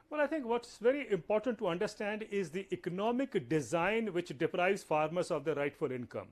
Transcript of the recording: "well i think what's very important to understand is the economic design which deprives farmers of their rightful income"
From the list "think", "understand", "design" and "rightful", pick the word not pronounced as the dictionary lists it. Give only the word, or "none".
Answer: think